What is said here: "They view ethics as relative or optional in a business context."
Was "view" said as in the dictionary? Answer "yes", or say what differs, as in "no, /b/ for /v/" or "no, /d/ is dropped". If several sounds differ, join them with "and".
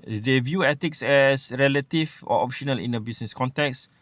yes